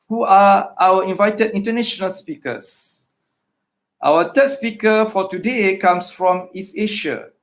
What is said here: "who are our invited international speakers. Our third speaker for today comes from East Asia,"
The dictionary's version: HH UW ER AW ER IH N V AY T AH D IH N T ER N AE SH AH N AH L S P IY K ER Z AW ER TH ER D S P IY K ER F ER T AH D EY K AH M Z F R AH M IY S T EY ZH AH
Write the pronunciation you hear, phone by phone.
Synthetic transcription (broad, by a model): HH UW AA AW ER IH N V AY T AH D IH N T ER N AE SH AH N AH L S P IY K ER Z AW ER T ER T S P IY K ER F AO T AH D EY K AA M S F R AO M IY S EY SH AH